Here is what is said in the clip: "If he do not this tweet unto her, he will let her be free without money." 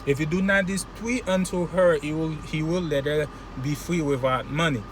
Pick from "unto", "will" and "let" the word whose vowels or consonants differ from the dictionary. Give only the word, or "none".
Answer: none